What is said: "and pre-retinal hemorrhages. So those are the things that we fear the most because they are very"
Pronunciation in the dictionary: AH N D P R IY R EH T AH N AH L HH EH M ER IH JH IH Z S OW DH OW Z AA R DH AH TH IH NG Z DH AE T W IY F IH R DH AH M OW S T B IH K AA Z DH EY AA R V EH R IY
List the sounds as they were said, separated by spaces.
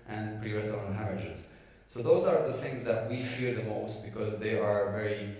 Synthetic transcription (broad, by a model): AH N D P R IY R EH S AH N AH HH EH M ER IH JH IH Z S OW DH OW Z AA R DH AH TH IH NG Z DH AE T W IY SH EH R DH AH M OW S T B IH K AA Z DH EY AA R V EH R IY